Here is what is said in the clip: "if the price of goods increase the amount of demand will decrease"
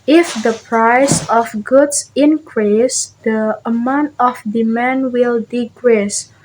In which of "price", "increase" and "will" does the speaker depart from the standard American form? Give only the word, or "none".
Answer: none